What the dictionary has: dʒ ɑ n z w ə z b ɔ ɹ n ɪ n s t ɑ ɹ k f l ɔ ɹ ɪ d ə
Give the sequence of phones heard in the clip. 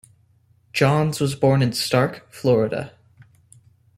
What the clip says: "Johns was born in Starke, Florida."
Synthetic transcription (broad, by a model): dʒ ɑ n z w ə z b ɔ ɹ n ɪ n s t ɑ ɹ k f l ɔ ɹ ɪ d ə